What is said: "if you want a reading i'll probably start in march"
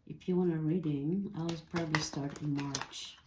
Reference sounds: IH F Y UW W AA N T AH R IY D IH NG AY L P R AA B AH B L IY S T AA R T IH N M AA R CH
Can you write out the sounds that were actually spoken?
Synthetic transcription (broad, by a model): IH F Y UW W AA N AH R IY D IH NG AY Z P R AA B AH B L IY S T AA R T IH N M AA R CH